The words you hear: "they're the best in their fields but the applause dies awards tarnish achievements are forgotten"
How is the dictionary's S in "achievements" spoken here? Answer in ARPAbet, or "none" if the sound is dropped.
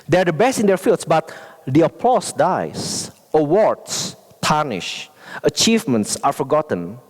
S